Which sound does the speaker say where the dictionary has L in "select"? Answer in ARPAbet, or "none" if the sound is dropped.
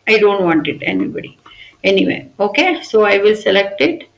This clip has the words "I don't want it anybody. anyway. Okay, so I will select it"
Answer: L